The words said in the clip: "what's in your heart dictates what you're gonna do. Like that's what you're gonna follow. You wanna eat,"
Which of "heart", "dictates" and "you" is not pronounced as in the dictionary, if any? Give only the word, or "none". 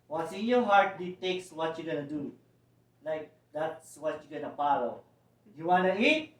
dictates